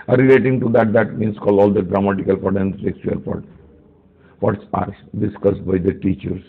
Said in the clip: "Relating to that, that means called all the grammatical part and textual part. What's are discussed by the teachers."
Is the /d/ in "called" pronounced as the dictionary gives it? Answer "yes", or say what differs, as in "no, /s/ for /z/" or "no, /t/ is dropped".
no, /d/ is dropped